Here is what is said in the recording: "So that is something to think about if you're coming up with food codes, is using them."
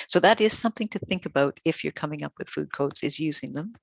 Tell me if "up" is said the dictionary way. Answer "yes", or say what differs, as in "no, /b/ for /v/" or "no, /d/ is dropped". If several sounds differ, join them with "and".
yes